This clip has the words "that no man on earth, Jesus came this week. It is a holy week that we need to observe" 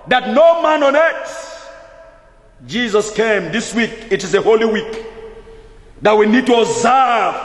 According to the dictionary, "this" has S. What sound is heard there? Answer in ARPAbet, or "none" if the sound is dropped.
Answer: S